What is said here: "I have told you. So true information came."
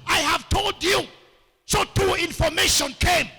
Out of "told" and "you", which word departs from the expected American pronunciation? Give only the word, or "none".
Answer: none